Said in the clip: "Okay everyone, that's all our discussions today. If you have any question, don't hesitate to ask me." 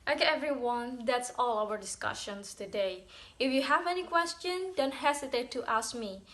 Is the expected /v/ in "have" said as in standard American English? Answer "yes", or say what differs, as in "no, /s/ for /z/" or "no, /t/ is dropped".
yes